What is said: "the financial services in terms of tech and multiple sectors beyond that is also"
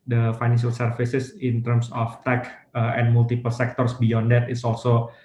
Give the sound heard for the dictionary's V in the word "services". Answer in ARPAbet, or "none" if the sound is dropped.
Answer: F